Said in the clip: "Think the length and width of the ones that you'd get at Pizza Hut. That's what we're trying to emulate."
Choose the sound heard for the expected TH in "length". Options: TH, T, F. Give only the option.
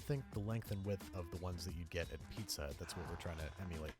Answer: TH